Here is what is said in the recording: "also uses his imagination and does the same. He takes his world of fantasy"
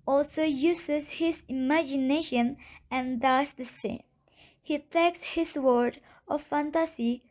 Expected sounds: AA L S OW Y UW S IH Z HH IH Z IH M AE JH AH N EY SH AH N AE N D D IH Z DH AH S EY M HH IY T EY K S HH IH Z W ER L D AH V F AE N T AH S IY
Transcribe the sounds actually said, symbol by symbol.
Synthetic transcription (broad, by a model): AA L S OW Y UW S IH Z HH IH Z IH M AE JH AH N EY SH AH N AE N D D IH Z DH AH S EY M HH IY T EY K S HH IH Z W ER D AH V F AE N T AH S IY